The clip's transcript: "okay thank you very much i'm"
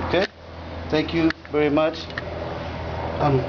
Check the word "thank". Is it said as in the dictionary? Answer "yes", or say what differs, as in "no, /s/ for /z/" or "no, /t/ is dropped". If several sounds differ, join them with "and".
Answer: no, /t/ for /θ/